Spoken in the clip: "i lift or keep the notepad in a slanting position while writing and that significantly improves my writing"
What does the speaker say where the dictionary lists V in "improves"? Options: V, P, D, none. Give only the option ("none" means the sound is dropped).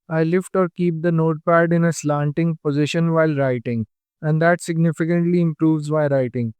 V